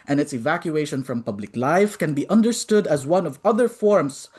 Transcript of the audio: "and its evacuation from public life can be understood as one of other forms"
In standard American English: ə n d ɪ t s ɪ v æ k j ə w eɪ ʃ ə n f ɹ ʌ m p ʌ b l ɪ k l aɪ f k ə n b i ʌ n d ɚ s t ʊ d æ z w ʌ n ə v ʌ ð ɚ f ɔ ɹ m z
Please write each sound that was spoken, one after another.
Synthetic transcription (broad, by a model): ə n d ɪ t s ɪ v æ k j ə eɪ ʃ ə n f ɹ ʌ m p ʌ b l ɪ k l aɪ f k ə n b i ʌ n d ɚ s t ʊ d æ z w ʌ n ə v ʌ ð ɚ f ɔ ɹ m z